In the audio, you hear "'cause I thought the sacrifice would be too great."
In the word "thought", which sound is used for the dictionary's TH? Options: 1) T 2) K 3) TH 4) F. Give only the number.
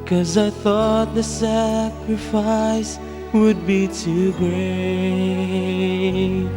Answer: 3